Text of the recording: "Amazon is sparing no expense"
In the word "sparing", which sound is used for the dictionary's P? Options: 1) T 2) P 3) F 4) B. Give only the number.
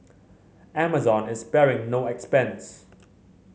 4